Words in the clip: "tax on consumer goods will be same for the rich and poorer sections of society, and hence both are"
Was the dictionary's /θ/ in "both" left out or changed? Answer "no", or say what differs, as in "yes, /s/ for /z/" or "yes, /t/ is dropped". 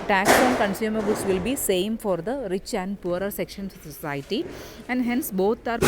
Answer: yes, /t/ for /θ/